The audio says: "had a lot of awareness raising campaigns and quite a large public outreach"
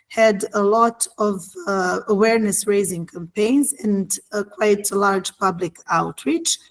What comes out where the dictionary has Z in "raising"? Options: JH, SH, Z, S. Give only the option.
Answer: Z